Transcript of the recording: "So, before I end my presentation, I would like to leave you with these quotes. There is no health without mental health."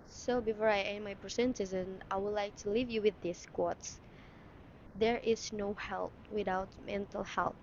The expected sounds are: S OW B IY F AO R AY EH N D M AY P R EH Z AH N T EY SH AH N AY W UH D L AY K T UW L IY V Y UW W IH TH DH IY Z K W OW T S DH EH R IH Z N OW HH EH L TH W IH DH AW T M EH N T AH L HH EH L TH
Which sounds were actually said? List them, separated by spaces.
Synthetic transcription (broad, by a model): S OW B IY F AO R AY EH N M AY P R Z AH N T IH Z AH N AY W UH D L AY K T UW L IY V Y UW W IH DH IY S K W OW T S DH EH R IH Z N OW HH EH L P W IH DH AW T M EH N T AH L HH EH L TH